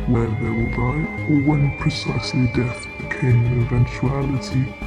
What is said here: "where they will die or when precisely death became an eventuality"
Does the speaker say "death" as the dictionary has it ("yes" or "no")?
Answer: yes